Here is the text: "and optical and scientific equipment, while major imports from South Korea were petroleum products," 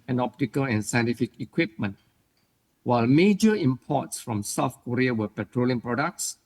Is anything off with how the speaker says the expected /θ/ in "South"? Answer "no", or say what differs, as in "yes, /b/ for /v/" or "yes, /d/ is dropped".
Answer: yes, /f/ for /θ/